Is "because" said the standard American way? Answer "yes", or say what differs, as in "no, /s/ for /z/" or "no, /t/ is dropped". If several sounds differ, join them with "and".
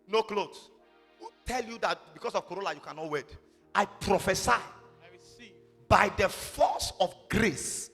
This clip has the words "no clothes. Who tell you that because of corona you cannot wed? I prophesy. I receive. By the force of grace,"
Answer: no, /s/ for /z/